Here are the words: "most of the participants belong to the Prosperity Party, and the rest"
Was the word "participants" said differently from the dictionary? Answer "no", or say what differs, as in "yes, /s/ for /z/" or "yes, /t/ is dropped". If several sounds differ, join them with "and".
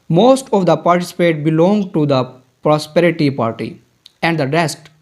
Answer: yes, /n/ is dropped and /s/ is dropped